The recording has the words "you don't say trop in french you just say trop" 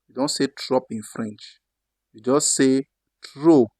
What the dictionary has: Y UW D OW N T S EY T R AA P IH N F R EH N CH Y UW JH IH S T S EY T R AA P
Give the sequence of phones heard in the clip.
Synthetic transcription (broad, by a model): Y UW D OW N T S EY T R AA P IH N F R EH N CH Y UW JH IH S T S EY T R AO